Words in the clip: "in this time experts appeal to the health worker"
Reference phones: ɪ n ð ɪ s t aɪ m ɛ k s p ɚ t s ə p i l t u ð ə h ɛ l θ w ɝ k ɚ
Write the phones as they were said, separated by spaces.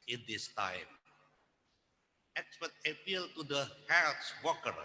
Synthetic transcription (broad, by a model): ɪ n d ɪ s t aɪ m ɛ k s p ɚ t ə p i l t u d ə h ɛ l s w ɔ k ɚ